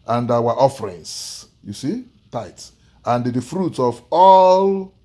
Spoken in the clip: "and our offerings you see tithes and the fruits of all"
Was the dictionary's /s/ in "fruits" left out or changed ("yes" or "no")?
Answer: yes